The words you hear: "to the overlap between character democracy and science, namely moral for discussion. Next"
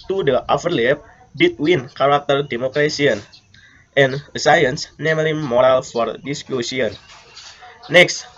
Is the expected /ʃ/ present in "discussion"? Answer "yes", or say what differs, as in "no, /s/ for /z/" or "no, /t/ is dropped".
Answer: no, /s/ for /ʃ/